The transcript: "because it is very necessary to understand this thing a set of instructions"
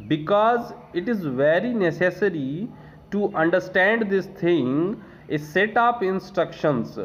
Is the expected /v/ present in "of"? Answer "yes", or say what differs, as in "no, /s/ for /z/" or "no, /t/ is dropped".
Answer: no, /p/ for /v/